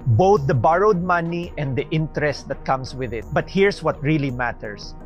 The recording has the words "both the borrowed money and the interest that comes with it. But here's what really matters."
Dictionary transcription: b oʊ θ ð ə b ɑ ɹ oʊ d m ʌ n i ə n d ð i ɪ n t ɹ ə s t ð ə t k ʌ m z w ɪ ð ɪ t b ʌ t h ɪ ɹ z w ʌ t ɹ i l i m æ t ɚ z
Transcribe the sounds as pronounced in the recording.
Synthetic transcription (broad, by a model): b oʊ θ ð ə b ɑ ɹ oʊ d m ʌ n i ə n d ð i ɪ n t ɹ ə s t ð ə t k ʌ m s w ɪ ð ɪ t b ʌ t h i ɹ s w ʌ t ɹ i l i m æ t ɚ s